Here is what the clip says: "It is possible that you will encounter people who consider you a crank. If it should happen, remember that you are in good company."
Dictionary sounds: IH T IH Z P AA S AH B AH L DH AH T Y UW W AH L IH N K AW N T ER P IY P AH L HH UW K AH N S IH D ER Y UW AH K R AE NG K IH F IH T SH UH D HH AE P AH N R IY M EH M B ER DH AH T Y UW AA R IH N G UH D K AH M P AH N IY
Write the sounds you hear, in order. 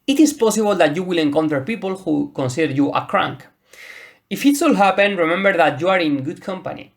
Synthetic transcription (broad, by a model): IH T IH S P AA S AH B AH L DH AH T Y UW W AH L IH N K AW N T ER P IY P AH L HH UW K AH N S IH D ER Y UW AH K R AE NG K IH F IH T S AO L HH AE P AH N R IY M EH M B ER DH AH T Y UW AA R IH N G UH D K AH M P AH N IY